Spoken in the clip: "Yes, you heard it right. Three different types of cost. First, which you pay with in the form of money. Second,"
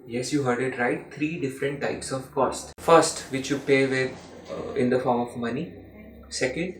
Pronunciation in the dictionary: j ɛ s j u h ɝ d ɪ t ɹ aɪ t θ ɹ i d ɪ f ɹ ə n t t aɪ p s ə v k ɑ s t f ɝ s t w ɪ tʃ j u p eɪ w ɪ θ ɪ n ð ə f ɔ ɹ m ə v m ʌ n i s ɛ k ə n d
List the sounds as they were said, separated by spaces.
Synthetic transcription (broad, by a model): j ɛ s j u h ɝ d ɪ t ɹ aɪ t t ɹ i d ɪ f ɹ ə n t t aɪ p s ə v k ɑ s t f ɝ s t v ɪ tʃ j u p eɪ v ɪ ɪ n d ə f ɔ ɹ m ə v m ʌ n i s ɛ k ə n d